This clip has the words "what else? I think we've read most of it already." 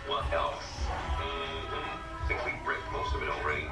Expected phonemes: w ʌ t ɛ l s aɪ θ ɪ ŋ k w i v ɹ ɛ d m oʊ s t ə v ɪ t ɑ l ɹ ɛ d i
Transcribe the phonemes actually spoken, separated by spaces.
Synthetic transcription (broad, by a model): w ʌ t ɛ l s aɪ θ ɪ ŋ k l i b ɹ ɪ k m oʊ s t ə v ɪ t l ɹ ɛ d i